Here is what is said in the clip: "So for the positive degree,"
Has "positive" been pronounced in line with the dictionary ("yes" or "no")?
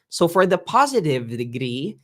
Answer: yes